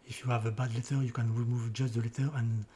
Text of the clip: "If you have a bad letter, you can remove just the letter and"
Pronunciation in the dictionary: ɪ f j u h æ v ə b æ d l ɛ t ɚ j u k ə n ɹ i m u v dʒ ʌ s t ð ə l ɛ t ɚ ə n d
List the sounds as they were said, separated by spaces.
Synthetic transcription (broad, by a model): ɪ f j u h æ v ə b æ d l ɛ t ɚ j u k ə n ɹ i m u v dʒ ʌ s t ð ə l ɛ t ɚ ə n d